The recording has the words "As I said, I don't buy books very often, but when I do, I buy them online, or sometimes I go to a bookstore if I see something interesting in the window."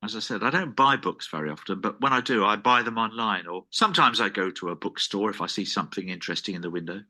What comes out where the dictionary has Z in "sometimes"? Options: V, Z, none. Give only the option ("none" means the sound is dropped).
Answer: Z